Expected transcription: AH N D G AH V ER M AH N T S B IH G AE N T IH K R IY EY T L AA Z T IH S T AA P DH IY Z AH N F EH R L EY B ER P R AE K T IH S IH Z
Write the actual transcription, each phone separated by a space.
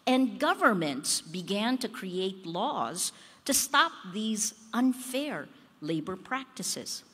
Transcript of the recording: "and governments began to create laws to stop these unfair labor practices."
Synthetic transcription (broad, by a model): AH N G AH V ER M AH N T S B IH G AE N T IH K R IY EY T L AA Z T IH S T AA P DH IY Z AH N F EH R L EY B ER P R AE K T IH S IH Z